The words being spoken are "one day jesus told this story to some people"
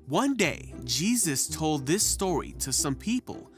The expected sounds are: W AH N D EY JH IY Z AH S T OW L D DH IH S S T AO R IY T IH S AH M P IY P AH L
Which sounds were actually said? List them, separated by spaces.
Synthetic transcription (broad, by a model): W AH N D EY JH IY Z AH S T OW L D DH IH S S T AO R IY T IH S AH M P IY P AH L